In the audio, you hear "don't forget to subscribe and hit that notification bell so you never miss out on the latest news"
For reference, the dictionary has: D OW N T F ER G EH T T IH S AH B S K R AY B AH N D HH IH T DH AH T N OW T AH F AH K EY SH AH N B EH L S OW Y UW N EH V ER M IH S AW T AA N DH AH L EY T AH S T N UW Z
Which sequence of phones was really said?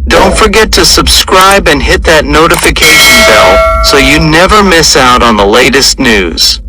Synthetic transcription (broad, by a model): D OW N T F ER G EH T T IH S AH B S K R AY B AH N HH IH T DH AH T N OW T AH F AH K EY SH AH N B EH L S OW Y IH N EH V ER M IH S AW T N DH AH L EY T AH S T N UW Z